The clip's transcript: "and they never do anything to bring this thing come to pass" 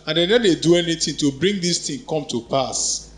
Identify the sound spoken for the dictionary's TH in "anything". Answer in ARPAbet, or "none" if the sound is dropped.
T